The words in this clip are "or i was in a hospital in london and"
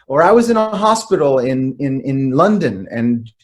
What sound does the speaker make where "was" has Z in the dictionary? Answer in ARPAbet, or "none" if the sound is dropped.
Z